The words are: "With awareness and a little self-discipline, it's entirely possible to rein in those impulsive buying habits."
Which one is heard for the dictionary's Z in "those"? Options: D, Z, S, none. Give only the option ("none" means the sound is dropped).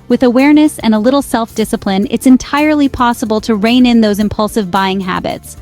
Z